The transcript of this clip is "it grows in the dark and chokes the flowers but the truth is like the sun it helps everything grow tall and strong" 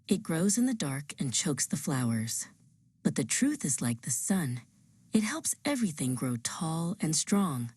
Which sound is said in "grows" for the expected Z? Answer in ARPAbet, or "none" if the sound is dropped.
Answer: Z